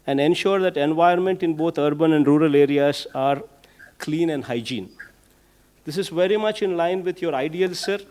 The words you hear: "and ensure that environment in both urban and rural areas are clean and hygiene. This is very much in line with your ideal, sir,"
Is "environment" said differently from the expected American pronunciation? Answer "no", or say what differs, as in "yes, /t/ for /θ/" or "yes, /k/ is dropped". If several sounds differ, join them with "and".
yes, /ɹ/ is dropped